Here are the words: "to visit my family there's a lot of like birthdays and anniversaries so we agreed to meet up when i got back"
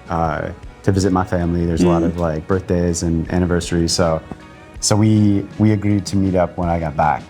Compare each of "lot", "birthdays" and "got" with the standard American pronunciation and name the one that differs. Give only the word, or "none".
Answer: none